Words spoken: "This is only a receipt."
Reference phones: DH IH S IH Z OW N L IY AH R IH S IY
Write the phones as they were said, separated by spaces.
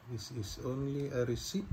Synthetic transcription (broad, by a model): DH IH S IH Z OW N L IY AH R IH S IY